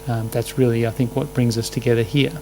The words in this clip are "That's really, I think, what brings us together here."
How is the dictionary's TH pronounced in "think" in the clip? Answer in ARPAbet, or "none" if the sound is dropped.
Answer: TH